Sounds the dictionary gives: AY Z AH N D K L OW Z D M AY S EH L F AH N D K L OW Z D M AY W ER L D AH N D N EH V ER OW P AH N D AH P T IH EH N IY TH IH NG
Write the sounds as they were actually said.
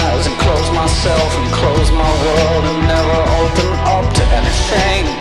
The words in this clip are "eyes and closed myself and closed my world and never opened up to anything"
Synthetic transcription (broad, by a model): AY Z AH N K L OW Z M AY S EH L F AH N K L OW Z M AY W ER L D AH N N EH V ER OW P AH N AH P T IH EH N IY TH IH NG